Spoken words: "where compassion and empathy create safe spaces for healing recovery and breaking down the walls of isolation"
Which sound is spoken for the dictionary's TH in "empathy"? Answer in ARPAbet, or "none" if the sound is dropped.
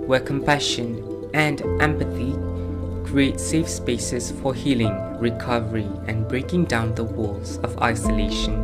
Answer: TH